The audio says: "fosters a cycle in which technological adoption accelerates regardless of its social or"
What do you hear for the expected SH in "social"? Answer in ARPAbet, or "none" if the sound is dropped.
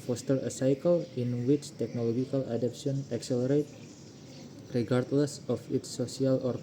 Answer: none